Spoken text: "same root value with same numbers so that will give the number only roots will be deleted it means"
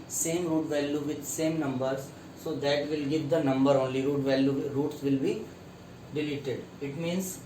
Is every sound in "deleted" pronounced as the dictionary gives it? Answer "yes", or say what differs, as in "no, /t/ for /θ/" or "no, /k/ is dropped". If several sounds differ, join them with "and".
yes